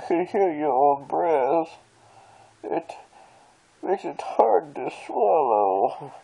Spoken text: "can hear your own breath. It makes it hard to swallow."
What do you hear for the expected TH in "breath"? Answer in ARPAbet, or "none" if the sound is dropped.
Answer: S